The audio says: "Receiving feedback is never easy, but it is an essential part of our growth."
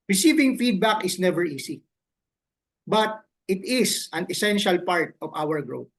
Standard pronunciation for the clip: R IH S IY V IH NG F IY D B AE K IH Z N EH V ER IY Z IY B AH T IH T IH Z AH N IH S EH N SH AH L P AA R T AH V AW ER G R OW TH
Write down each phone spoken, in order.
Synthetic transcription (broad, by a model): R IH S IY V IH NG F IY D B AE K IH S N EH V ER IY S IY B AH T IH T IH S AH N IH S EH N SH AH L P AA R T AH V AW ER G R OW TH